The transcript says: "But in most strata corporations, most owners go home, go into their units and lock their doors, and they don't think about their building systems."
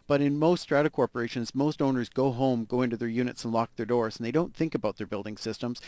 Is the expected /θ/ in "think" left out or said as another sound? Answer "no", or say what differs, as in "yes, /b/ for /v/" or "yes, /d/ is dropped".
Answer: no